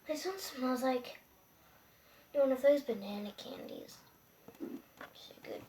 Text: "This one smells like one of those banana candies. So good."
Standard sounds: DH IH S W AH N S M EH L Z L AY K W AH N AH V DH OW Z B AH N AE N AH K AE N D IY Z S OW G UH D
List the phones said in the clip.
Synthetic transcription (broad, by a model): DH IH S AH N S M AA Z L AY K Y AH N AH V DH OW Z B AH N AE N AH K AE N D IY Z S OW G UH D